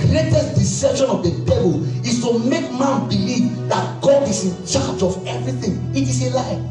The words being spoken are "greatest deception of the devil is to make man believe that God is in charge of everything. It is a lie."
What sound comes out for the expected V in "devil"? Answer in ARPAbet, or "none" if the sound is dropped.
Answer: B